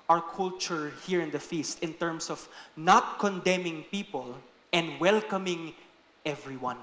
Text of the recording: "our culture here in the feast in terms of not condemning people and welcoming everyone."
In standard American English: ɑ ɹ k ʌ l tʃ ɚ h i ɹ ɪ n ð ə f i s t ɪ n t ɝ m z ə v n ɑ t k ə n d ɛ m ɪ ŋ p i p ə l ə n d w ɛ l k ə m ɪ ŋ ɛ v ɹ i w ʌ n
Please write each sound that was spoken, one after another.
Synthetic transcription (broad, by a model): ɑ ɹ k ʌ l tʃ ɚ h i ɹ ɪ n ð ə f i s t ɪ n t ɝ m s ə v n ɑ t k ə n d ɛ m ɪ ŋ p i p ə l ə n d w ɛ l k ə m ɪ ŋ ɛ v ɹ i w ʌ n